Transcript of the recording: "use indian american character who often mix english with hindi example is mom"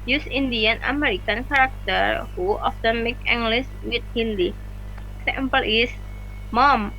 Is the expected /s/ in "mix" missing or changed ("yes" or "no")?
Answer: yes